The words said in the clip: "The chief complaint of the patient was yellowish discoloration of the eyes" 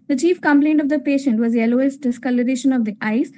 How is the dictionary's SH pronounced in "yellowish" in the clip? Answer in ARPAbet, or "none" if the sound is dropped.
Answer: S